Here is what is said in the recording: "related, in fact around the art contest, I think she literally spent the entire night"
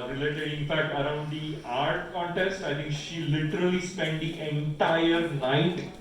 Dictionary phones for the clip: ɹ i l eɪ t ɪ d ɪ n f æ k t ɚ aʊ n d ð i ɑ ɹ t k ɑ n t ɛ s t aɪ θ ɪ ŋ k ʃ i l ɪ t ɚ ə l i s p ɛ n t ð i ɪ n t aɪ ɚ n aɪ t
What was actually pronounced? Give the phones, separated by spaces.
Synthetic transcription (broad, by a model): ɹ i l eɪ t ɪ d ɪ n f æ k t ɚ aʊ n d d i ɑ ɹ t k ɑ n t ɛ s t aɪ t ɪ ŋ k ʃ i l ɪ t ɚ ə l i s p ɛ n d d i ɪ n t aɪ ɚ n aɪ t